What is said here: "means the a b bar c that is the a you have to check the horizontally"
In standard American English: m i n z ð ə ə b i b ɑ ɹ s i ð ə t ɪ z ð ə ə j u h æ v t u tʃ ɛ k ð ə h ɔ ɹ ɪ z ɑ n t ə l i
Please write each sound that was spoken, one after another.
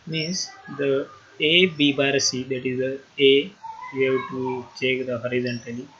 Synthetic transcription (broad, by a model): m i n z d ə ə b i b ɑ ɹ s i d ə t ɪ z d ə ə j u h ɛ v t u tʃ ɛ k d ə h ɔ ɹ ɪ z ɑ n t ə l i